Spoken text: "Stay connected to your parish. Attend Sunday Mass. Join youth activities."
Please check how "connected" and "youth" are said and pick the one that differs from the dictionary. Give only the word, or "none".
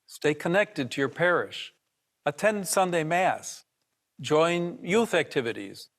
none